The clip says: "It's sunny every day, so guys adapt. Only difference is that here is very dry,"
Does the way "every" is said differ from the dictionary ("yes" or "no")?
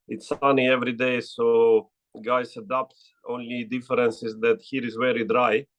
no